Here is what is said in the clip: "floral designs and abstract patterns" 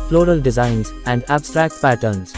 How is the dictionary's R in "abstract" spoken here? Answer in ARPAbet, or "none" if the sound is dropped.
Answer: R